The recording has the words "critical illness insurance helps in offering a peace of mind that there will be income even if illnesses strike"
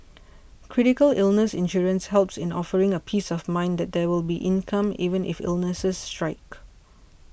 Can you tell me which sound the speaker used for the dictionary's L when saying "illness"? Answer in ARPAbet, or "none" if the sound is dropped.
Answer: L